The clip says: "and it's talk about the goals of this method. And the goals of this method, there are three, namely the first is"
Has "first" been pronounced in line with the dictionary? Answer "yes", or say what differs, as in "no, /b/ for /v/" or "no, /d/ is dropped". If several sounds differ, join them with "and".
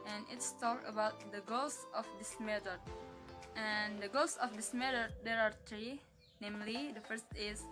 yes